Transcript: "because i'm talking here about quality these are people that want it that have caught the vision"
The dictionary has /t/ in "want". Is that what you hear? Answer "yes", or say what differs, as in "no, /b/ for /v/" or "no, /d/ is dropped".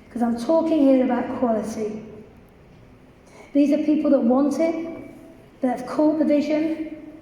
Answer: yes